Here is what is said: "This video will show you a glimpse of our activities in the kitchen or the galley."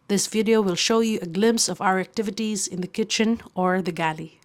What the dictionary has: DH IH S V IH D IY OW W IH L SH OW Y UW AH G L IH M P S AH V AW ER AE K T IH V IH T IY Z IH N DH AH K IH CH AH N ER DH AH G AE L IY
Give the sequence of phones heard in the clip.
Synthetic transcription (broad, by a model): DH IH S V IH D IY OW W IH L SH OW Y UW AH G L IH M P S AH V AW ER AE K T IH V IH T IY Z IH N DH AH K IH CH AH N ER DH AH G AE L IY